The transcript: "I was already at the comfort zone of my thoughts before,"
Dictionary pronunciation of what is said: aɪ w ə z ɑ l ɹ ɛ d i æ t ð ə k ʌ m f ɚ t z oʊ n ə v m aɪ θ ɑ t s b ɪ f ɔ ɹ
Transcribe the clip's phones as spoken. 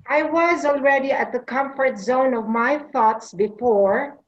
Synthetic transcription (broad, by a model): aɪ w ə z ɑ l ɹ ɛ d i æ t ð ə k ʌ m f ɚ t z oʊ n ə v m aɪ θ ɑ t s b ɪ f ɔ ɹ